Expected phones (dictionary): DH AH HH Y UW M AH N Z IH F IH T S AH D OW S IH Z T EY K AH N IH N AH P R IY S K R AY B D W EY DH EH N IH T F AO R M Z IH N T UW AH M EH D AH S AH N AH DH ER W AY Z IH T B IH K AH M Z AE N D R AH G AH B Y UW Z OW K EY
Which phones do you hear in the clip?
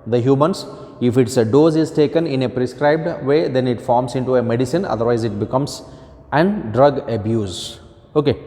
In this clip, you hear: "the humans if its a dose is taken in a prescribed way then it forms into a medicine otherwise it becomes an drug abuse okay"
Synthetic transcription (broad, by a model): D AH HH Y UW M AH N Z IH F IH T S AH D OW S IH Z T EY K AH N IH N AH P R IY S K R AY B D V EY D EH N IH T F AO R M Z IH N T UW AH M EH D AH S AH N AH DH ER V AY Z IH T B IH K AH M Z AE N D R AH G AH B Y UW Z OW K EY